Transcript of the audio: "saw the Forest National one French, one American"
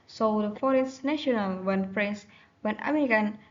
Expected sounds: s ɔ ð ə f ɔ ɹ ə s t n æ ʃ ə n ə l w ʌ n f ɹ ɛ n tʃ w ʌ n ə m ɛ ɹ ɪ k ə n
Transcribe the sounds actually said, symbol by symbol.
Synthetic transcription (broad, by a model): s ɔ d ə f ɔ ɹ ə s n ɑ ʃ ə n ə l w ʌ n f ɹ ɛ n s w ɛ n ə m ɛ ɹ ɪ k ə n